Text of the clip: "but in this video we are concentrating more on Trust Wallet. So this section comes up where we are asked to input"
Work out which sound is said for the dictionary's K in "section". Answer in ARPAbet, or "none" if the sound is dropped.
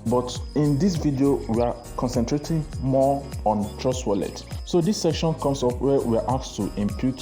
K